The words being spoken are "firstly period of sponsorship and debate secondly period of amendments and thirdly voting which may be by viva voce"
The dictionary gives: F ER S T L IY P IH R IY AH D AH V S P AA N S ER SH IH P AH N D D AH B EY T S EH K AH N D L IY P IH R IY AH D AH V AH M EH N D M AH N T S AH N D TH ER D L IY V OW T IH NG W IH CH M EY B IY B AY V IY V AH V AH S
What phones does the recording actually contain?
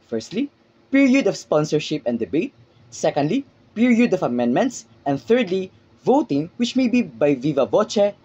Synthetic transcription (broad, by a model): F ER S T L IY P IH R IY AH D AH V S P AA N S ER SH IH P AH N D D AH B EY T S EH K AH N D L IY P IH R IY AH D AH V AH M EH N D M AH N T S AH N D TH ER D L IY V OW T IH NG W IH CH M EY B IY B AY V IY V AH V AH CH